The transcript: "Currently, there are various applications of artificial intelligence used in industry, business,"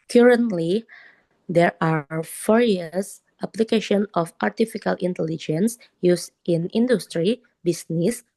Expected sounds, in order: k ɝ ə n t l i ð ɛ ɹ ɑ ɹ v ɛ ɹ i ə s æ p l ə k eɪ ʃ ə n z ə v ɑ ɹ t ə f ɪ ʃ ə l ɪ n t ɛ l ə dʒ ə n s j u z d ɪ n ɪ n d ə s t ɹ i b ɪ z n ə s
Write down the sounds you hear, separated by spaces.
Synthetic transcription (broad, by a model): k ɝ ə n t l i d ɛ ɹ ɑ ɹ f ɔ ɹ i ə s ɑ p l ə k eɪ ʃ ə n ə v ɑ ɹ t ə f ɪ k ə l ɪ n t ɛ l ə dʒ ə n s j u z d ɪ n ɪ n d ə s t ɹ i b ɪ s n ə s